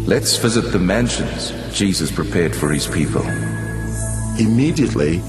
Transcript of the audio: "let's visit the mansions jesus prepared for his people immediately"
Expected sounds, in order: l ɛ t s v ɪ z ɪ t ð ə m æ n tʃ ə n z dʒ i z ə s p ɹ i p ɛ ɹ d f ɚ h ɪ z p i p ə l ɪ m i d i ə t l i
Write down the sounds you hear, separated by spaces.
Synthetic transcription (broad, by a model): l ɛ t s v ɪ z ɪ t ð ə m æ n ʃ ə n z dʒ i z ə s p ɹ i p ɛ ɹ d f ɚ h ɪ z p i p ə l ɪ m i d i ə t l i